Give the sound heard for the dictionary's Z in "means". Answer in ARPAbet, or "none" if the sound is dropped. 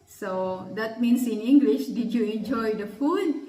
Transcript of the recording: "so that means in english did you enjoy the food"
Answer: S